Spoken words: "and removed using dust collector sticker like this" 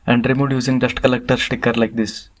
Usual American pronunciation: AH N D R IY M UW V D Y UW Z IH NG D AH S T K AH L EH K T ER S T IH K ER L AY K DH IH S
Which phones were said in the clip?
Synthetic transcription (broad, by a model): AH N D R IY M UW D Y UW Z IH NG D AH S T K AH L EH K T ER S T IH K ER L AY K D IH S